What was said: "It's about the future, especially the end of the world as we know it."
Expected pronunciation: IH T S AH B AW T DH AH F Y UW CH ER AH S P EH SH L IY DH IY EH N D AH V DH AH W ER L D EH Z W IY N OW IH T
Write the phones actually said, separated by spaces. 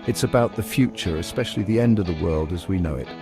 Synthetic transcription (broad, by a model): IH T S AH B AW T DH AH F Y UW CH ER AH S P EH SH L IY DH IY EH N D AH V DH AH W ER L D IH Z W IY N OW IH T